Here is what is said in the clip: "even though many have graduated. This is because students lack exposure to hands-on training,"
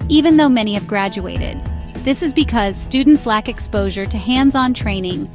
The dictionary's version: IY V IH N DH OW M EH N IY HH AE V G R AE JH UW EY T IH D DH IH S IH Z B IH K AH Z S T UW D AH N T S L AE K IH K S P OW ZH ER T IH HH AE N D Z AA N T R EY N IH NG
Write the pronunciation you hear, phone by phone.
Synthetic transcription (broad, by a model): IY V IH N DH OW M EH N IY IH V G R AE JH UW EY T IH D DH IH S IH Z B IH K AH Z S T UW D N T S L AE K IH K S P OW ZH ER T IH HH AE N D Z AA N T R EY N IH NG